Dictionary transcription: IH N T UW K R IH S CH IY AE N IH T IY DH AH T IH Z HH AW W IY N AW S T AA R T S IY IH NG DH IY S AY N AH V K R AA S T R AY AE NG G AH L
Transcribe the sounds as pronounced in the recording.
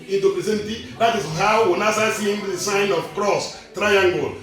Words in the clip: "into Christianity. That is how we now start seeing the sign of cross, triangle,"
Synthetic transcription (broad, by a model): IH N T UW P R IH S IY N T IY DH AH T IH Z HH AW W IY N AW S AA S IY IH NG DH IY S AY N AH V K R AA S T R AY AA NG G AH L